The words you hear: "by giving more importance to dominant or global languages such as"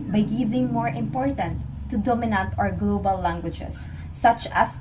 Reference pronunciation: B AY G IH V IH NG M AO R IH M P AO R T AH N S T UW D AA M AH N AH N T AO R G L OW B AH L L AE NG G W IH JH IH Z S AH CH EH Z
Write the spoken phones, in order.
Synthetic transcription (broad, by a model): B AY G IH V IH NG M AO R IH M P AO R T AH N T UW D AA M AH N AH N T AO R G L OW B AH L L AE NG G W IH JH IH S AH CH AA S